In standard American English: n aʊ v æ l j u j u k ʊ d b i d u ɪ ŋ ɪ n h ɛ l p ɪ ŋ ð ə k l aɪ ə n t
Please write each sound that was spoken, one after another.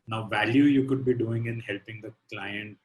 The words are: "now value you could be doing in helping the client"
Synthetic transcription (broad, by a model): n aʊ v æ l j u j u k ʊ d b i d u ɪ ŋ ɪ n h ɛ l p ɪ ŋ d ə k l aɪ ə n t